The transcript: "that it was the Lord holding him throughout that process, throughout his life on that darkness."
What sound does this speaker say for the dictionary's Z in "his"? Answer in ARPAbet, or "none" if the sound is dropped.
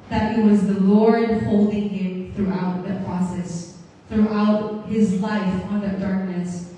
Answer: Z